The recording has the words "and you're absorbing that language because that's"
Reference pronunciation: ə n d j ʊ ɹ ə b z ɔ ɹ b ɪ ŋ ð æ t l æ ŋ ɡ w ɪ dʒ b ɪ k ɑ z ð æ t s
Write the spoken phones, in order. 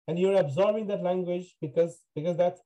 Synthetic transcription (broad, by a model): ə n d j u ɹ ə b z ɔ ɹ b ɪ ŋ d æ t l æ ŋ ɡ w ɪ dʒ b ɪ k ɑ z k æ t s